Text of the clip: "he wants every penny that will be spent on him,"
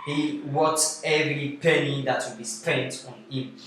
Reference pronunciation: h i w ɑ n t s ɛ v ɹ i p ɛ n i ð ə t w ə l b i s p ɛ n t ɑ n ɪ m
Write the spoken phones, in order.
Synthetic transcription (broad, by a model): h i w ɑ t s ɛ v ɹ i p ɛ n i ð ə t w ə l b i s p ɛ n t ɑ n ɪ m